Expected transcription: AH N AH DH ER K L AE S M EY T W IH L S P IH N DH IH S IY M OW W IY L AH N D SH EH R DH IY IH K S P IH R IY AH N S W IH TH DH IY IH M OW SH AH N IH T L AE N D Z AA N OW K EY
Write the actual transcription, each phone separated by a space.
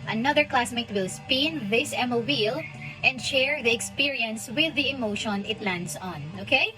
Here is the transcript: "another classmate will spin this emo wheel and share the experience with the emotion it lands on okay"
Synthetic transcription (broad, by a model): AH N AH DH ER K L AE S M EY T W IH L S P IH N DH IH S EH M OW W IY L AH N D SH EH R DH IY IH K S P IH R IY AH N S W IH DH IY IH M OW SH AH N IH T L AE N D S AA N OW K EY